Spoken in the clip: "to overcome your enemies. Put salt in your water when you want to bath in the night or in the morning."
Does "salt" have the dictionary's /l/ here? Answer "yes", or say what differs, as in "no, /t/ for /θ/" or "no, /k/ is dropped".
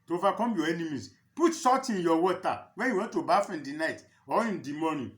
no, /l/ is dropped